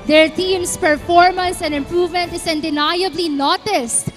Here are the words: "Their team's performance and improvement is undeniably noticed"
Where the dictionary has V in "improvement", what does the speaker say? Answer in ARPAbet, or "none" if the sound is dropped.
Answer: V